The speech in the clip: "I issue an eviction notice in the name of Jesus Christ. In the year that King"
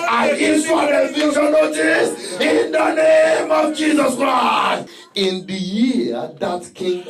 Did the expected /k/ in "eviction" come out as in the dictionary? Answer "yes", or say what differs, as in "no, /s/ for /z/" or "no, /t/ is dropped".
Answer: no, /k/ is dropped